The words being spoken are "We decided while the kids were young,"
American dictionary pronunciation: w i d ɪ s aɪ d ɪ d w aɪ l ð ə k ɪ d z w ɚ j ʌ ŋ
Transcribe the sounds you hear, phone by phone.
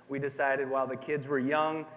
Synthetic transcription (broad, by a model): w i d ɪ s aɪ d ɪ d w aɪ l ð ə k ɪ d z w ɚ j ʌ ŋ